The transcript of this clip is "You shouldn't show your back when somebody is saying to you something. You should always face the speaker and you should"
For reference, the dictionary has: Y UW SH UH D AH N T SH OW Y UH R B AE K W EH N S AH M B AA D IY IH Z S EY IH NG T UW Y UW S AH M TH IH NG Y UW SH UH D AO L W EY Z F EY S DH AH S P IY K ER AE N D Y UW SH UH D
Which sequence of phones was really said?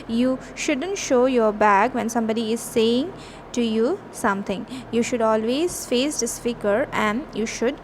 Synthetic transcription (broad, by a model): Y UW SH UH D AH N T SH OW Y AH R B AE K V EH N S AH M B AA D IY IH Z S EY IH NG T UW Y UW S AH M T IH NG Y UW SH UH D AO L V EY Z F EY S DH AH S F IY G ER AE N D Y UW SH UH D